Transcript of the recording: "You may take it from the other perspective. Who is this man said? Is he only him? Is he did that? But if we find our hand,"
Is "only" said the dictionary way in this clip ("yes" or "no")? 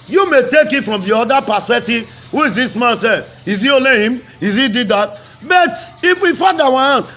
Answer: no